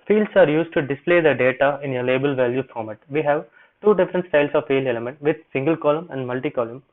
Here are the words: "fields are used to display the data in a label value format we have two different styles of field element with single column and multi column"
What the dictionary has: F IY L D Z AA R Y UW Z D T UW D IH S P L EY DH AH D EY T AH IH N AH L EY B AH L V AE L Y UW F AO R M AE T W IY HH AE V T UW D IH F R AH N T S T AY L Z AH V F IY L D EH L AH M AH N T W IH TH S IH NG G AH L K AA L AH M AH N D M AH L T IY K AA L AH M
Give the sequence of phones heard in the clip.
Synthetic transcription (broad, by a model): F IY L D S AA R Y UW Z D T UW D IH S P L EY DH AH D EY T AH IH N AH L EY B AH L V AE L Y UW F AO R M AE T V IY HH AE V T UW D IH F R AH N T S T AY L S AH V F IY L EH L AH M AH N T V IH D S IH NG G AH L K AA L AH M AH N D M AH L T IY K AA L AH M